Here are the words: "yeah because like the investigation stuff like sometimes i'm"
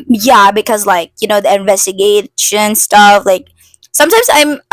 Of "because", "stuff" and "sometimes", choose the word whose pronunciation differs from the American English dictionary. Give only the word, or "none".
none